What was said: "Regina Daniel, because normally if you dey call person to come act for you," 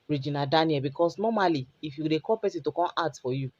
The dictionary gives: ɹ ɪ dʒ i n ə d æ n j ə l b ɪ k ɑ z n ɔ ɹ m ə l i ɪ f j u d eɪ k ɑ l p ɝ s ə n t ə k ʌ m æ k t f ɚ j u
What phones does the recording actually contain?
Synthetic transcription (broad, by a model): ɹ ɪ dʒ i n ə d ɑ n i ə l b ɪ k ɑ s n ɔ m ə l i ɪ f j u d eɪ k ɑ p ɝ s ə t ə k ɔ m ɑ t f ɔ j u